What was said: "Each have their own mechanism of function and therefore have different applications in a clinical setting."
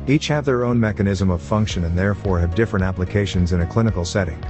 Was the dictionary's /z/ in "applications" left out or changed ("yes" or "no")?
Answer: no